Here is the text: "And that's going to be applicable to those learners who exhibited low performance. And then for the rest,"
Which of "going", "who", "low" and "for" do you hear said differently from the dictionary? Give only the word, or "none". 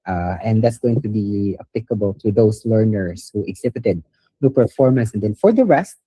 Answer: low